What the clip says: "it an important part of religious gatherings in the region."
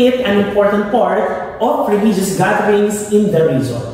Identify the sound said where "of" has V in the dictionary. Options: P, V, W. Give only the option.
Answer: P